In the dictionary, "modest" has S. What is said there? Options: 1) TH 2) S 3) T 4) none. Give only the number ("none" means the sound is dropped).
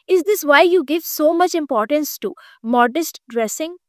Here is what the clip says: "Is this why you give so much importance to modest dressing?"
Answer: 2